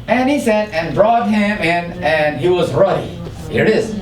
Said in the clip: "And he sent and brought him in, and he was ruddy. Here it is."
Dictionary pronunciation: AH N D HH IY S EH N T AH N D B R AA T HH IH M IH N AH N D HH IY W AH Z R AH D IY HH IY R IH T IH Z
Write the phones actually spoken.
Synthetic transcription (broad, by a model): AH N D HH IY S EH T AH N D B R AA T HH IH M IH N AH N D HH IY W AH Z R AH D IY HH IY R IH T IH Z